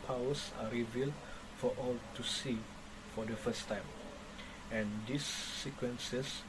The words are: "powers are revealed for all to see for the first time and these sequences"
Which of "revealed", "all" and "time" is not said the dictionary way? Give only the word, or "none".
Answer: none